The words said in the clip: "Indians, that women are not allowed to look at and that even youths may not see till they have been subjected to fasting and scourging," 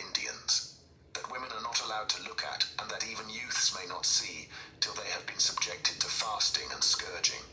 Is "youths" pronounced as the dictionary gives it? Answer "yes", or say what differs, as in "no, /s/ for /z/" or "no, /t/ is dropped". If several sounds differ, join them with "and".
yes